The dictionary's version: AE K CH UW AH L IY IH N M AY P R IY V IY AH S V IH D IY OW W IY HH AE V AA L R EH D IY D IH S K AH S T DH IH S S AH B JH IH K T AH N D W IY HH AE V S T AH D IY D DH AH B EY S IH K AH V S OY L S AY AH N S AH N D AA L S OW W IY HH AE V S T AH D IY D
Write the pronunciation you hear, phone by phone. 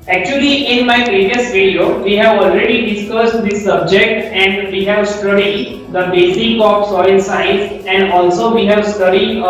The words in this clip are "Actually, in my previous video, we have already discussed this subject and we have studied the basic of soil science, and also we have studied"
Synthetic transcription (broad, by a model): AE K CH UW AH L IY IH N M AY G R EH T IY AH S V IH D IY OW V IY HH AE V AA L R EH D IY D IH S K AH S T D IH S S AH B JH IH K T AH N D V IY HH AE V S T AH D IY D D AH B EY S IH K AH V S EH N S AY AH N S AH N D AA L S OW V IY HH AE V S T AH D IY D